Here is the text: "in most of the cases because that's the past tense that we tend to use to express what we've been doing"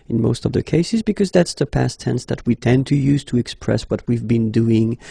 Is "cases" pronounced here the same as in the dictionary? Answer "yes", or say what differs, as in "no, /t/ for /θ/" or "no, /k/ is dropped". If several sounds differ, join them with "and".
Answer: yes